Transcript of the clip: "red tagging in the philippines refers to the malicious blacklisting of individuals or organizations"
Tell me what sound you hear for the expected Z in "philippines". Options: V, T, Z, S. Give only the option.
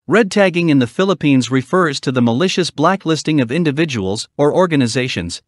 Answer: Z